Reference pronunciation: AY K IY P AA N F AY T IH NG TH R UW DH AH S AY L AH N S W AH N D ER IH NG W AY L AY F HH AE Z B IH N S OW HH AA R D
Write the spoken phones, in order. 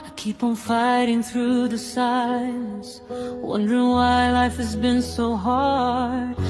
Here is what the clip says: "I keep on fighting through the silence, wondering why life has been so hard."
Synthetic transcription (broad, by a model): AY K IY P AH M F AY T IH NG TH R UW DH AH S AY AH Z W AH N D ER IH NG W AY L AY F HH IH Z B IH N S OW HH AA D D